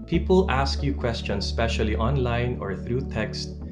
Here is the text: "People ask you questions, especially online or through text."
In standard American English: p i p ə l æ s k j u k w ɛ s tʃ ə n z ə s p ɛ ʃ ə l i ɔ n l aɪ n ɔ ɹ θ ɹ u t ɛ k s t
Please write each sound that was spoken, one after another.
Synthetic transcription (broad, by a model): p i p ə l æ s k j u k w ɛ s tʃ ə n s p ɛ ʃ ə l i ɔ n l aɪ n ɔ ɹ θ ɹ u t ɛ k s t